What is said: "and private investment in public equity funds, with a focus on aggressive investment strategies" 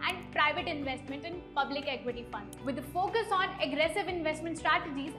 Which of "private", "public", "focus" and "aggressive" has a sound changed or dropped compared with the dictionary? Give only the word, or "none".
none